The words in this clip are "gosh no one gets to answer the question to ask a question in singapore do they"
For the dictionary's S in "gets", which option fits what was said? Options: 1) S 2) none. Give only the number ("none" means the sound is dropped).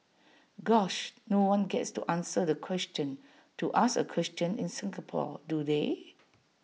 1